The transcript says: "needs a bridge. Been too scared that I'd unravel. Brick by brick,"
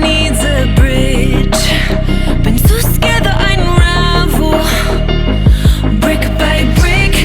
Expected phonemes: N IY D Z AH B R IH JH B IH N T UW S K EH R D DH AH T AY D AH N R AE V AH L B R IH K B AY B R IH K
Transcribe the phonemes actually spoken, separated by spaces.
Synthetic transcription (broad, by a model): N IY D Z AH B R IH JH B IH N S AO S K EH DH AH T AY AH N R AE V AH L B R IH K B AY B R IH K